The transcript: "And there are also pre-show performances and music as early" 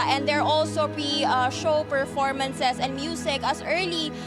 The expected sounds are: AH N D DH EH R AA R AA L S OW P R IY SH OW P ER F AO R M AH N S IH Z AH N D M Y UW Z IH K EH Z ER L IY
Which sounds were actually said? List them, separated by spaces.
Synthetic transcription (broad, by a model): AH N D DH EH R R AA L S OW P R IY SH OW P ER F AO R M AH N S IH S AH N D M Y UW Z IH K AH S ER L IY